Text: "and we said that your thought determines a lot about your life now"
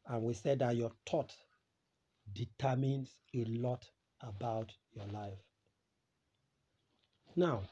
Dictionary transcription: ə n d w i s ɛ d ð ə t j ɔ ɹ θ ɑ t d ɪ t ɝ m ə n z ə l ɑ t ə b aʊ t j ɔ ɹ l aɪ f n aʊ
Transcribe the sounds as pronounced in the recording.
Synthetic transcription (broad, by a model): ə n w i s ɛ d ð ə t j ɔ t ɑ t d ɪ t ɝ m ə n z ə l ɑ t ə b aʊ t j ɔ l aɪ f n aʊ